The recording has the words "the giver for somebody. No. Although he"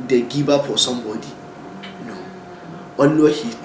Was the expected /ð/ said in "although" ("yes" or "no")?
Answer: no